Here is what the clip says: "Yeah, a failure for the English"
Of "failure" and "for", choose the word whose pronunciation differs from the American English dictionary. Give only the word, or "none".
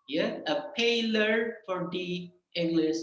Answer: failure